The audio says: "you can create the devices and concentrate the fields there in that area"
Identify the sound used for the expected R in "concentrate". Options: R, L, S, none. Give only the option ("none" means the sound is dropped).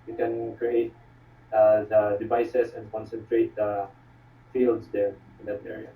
R